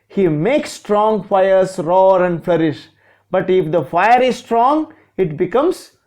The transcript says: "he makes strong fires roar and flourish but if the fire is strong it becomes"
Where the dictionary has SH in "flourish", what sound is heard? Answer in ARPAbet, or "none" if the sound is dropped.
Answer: SH